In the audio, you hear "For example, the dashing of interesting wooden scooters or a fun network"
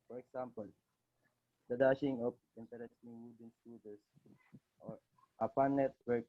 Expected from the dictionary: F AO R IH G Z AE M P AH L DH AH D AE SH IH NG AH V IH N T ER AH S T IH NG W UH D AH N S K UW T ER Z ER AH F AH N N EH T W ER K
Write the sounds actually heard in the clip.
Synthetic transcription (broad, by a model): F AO R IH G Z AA M P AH L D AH D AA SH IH NG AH P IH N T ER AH S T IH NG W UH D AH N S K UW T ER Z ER AH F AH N N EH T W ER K